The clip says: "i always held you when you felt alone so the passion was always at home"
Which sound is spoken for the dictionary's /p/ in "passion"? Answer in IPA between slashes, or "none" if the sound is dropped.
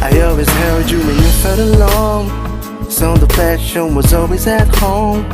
/f/